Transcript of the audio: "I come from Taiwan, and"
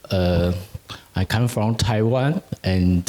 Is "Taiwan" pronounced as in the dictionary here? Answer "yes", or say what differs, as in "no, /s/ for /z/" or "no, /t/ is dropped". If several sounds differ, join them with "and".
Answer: yes